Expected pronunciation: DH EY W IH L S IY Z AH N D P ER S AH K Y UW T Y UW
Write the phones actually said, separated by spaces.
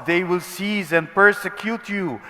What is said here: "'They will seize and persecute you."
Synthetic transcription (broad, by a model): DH EY W IH L S IY Z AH N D P ER S AH K Y UW T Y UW